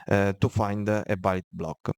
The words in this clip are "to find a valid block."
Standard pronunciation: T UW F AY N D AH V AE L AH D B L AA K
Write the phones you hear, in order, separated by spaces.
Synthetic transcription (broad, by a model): T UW F AY N D AH B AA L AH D B L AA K